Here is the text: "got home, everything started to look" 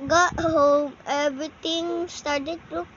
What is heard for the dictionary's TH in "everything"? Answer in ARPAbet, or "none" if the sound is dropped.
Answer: T